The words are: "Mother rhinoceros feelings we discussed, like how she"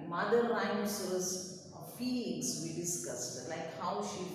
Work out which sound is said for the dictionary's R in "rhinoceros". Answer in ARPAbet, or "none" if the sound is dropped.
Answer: L